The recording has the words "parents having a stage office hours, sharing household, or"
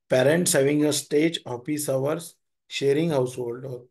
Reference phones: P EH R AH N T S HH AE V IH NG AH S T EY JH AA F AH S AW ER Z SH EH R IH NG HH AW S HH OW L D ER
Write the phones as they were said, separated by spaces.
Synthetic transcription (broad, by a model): P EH R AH N T S HH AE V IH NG AH S T EY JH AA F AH S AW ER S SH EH R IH NG HH AW S HH OW L D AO